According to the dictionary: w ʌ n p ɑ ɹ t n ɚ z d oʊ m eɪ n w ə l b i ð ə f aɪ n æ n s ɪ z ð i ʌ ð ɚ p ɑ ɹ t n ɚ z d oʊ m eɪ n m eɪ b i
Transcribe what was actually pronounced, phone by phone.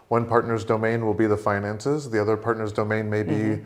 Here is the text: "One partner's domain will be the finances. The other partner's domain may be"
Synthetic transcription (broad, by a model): w ʌ n p ɑ ɹ t n ɚ z d oʊ m eɪ n w ə l b i ð ə f aɪ n æ n s ɪ z ð i ʌ ð ɚ p ɑ ɹ t n ɚ z d oʊ m eɪ n m eɪ b i